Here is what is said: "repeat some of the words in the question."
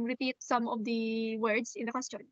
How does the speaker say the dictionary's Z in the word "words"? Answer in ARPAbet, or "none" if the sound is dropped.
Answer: S